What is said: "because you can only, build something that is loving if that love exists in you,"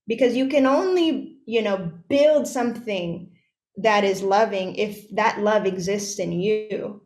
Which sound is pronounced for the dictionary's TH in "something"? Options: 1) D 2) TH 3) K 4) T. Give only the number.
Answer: 2